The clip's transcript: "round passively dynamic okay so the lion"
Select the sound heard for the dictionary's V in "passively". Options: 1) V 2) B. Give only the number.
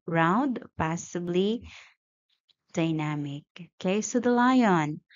2